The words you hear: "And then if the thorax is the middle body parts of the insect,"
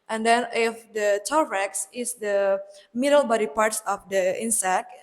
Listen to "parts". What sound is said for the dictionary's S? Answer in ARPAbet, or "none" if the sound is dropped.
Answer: S